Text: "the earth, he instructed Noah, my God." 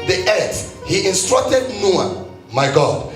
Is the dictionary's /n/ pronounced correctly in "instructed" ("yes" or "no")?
yes